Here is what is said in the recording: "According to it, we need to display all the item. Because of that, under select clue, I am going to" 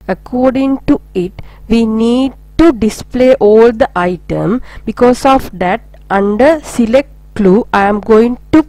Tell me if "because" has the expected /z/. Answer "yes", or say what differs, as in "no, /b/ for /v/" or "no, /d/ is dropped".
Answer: no, /s/ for /z/